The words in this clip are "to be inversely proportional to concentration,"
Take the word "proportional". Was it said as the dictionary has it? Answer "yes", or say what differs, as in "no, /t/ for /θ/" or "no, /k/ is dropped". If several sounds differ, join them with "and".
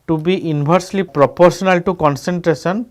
no, /s/ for /ʃ/